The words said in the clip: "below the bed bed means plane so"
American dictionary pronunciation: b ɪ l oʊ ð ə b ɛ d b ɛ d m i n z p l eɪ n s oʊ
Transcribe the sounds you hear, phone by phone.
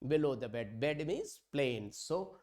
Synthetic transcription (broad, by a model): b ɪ l oʊ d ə b ɛ d b ɛ d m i z p l eɪ n s oʊ